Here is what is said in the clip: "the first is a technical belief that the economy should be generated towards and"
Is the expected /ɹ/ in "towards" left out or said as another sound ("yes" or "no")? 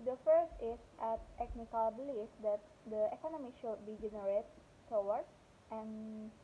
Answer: yes